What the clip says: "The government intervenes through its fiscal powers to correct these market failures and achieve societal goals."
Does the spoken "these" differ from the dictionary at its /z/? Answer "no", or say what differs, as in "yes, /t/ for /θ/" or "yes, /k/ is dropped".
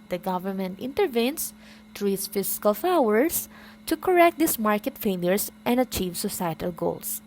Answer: yes, /s/ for /z/